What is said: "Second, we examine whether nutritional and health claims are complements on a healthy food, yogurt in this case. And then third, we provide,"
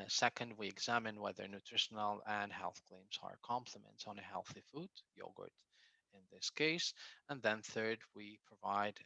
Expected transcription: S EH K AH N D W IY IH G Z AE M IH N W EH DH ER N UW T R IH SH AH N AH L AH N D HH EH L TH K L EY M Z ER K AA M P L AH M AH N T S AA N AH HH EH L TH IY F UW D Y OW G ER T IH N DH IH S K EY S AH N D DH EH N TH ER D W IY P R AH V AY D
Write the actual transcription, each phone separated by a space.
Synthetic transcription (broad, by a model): S EH K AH N D W IY IH G Z AE M IH N W EH DH ER N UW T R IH SH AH N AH L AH N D HH EH L TH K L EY M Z ER K AA M P L AH M AH N T S N AH HH EH L TH IY F UW D Y OW G ER T IH N DH IH S K EY S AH N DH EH N TH ER D W IY P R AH V AY D